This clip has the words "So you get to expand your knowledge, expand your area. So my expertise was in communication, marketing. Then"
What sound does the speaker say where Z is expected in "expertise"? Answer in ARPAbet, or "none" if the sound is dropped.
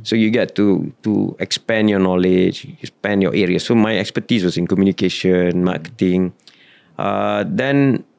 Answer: S